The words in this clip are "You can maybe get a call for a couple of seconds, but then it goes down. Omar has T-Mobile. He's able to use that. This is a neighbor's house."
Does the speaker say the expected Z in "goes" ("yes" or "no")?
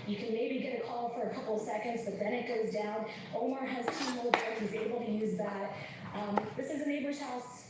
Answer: yes